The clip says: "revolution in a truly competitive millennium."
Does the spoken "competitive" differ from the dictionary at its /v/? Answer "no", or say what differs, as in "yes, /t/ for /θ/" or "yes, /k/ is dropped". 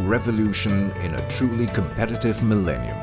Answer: no